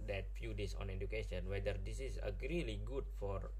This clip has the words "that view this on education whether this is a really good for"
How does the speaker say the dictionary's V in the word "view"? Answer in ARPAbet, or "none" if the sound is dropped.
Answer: F